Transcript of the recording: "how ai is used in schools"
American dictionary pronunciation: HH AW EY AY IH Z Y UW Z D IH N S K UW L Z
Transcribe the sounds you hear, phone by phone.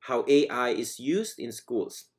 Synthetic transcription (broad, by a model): HH AW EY AY IH Z Y UW Z D IH N S K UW L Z